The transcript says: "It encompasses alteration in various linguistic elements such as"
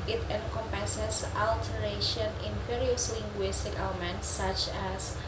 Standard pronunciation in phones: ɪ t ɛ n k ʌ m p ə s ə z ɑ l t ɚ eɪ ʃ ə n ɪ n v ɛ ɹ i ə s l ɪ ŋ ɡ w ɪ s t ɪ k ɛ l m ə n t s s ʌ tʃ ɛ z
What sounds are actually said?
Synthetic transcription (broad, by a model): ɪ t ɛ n k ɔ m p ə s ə s ɑ l t ɚ eɪ ʃ ə n ɪ n f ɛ ɹ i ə s l ɪ ŋ ɡ w ɪ s t ɪ k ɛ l m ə n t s s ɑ tʃ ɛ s